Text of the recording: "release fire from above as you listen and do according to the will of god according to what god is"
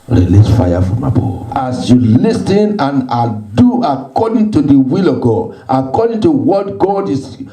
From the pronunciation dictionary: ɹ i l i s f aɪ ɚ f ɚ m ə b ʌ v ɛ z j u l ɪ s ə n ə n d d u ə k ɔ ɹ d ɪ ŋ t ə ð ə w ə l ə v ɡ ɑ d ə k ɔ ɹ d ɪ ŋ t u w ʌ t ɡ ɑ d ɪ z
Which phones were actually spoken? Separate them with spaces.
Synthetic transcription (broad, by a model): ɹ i l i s f aɪ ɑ f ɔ m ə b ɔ ɑ s j u l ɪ s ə n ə n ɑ d u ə k ɔ d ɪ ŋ t ə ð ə w ə l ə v ɡ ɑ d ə k ɔ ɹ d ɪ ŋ t u w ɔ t ɡ ɑ d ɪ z